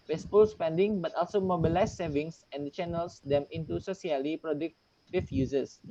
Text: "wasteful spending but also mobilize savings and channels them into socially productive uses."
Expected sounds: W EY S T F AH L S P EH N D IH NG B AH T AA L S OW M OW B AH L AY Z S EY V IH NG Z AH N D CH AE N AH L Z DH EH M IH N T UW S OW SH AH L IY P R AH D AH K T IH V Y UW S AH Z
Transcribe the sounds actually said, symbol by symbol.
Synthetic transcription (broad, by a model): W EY S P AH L S P EH N D IH NG B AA T AA L S OW M OW B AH L AY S S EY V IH NG S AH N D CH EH N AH L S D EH M IH N T UW S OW S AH L IY P R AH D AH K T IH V Y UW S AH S